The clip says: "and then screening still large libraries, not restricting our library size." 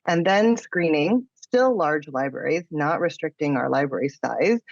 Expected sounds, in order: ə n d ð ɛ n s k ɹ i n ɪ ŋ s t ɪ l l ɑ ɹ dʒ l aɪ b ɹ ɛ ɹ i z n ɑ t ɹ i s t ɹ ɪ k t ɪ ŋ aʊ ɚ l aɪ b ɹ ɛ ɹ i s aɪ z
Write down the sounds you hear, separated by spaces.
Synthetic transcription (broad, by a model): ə n ð ɛ n s k ɹ i n ɪ ŋ s t ɪ l l ɑ ɹ dʒ l aɪ b ɹ ɛ ɹ i z n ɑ t ɹ i s t ɹ ɪ k t ɪ ŋ aʊ ɚ l aɪ b ɹ ɛ ɹ i s aɪ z